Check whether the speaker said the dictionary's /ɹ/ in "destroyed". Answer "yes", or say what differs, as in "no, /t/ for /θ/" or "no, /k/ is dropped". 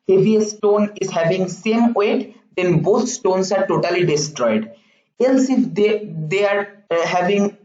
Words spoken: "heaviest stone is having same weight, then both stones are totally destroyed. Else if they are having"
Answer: yes